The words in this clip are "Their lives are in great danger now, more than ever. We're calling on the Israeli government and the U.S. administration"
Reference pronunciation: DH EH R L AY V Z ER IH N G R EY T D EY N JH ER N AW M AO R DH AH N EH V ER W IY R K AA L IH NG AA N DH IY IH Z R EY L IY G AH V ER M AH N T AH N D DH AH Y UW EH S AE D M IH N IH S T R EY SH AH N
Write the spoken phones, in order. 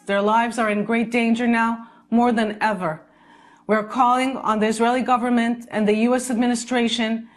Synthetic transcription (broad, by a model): DH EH R L AY V Z ER IH N G R EY T D EY N JH ER N AW M AO R DH AH N EH V ER W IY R K AA L IH NG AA N DH IY IH Z R EY L IY G AH V ER M AH N T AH N DH AH Y UW EH S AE D M IH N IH S T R EY SH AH N